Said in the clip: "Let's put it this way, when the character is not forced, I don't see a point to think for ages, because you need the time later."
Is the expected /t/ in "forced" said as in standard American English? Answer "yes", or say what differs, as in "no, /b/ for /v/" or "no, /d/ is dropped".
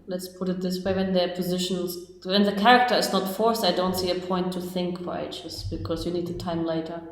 no, /t/ is dropped